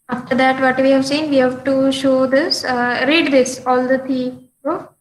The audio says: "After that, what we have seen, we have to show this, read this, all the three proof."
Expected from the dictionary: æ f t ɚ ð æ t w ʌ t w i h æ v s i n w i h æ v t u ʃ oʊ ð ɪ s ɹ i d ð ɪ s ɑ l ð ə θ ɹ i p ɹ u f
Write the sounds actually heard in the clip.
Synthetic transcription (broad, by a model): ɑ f t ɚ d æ t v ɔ t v i h æ v s i n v i h æ v t u ʃ oʊ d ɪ s ɹ i d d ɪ s ɑ l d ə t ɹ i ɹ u